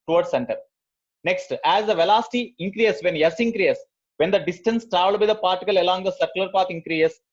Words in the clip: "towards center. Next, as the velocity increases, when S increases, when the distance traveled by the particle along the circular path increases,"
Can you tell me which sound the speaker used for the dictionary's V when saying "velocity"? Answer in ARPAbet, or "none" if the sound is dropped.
V